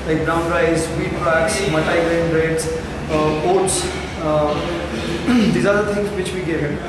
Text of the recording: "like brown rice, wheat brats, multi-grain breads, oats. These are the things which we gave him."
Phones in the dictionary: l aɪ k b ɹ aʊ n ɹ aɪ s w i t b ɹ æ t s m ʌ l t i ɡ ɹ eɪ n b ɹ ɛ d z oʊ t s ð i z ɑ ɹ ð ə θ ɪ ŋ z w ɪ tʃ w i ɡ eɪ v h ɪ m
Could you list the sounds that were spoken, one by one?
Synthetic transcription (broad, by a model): l aɪ k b ɹ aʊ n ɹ aɪ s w i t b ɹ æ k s m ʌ t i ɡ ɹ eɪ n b ɹ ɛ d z oʊ t s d i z ɑ ɹ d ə t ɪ ŋ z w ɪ tʃ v i ɡ eɪ v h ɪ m